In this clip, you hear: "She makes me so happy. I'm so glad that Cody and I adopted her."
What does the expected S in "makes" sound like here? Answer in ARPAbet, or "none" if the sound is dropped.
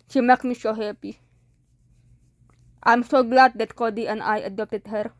none